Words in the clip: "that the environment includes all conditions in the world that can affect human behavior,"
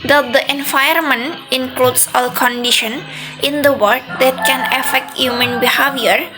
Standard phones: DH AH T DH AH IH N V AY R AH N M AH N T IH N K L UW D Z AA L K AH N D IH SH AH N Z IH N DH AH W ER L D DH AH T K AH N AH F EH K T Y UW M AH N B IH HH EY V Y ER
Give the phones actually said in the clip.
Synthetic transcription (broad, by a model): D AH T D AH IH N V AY AH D M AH N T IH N K L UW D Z AA L K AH N D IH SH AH N IH N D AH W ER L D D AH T K AH N AH F EH K T Y UW M AH N B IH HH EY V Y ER